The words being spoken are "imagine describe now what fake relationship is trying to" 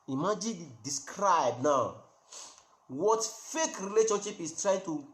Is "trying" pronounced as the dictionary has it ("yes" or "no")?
yes